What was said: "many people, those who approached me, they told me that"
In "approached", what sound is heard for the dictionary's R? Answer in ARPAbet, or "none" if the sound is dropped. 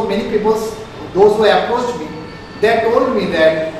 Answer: none